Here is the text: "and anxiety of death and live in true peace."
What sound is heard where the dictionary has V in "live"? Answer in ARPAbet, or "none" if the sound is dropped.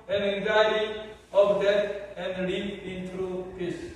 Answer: P